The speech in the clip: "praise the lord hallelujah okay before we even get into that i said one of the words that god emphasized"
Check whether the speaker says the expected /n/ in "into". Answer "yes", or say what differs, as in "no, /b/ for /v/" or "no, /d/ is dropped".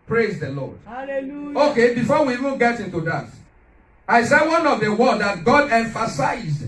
yes